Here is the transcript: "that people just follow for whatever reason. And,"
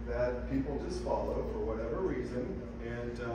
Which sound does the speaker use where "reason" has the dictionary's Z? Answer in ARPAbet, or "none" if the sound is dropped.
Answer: Z